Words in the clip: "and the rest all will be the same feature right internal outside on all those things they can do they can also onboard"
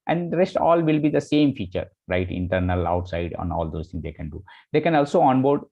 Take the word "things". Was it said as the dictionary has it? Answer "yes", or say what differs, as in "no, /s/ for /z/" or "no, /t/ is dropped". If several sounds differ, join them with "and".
no, /t/ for /θ/